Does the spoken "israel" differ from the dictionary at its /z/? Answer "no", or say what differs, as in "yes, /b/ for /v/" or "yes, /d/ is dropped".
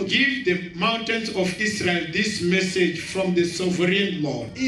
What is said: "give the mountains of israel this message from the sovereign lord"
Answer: yes, /s/ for /z/